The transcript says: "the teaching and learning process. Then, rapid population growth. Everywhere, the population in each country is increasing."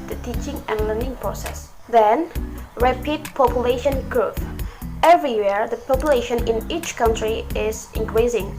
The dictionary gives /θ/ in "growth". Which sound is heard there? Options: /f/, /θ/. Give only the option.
/f/